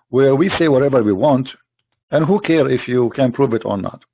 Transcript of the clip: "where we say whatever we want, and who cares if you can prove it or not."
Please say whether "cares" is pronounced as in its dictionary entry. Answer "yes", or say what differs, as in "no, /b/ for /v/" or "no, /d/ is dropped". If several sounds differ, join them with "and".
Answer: no, /z/ is dropped